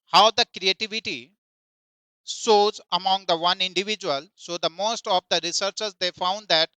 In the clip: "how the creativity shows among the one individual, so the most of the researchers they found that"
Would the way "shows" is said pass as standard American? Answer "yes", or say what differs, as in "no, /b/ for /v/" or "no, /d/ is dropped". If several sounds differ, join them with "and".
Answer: no, /s/ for /ʃ/